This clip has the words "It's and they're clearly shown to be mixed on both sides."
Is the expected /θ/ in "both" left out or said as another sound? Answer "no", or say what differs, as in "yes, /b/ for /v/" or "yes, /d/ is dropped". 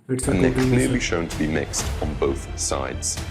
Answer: no